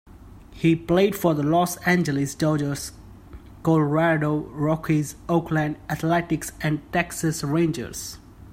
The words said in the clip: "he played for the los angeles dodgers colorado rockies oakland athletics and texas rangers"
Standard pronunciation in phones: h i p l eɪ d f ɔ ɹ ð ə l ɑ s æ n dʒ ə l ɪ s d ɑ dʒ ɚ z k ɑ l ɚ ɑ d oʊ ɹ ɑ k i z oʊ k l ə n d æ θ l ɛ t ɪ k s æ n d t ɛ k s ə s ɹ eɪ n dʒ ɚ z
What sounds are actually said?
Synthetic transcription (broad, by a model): h i p l eɪ d f ɔ ɹ ð ə l ɑ s æ n dʒ ə l ɪ s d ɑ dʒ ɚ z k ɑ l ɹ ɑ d oʊ ɹ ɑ k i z oʊ k l ə n d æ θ l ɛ t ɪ k s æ n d t ɛ k s ə s ɹ eɪ n dʒ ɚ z